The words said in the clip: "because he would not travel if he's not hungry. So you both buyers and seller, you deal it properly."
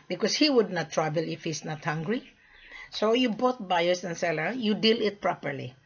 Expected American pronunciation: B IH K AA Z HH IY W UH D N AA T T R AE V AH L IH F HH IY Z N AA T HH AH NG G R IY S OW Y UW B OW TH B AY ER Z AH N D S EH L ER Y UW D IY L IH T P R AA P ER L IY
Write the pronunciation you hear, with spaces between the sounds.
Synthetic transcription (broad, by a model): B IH K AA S HH IY W UH D N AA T T R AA B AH L IH F HH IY S N AA T HH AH NG G R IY S OW Y UW B OW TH B AY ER S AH N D S EH L ER Y UW D IY L IH T P R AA P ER L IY